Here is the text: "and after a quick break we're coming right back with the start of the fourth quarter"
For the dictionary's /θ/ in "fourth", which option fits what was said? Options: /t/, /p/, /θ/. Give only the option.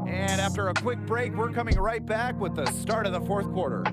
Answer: /θ/